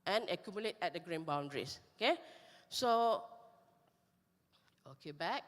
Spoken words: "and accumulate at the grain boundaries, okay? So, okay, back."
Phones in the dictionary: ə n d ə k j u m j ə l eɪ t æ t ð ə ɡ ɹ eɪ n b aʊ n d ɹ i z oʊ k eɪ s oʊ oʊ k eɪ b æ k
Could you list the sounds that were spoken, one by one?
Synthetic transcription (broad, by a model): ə n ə k j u m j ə l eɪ t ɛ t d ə ɡ ɹ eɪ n b aʊ n d ɹ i s oʊ k eɪ s oʊ oʊ k eɪ b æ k